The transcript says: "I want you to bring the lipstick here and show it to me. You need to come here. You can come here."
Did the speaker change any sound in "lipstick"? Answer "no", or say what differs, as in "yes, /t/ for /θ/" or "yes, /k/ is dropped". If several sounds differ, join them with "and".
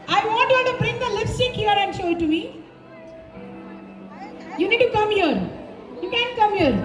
yes, /f/ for /p/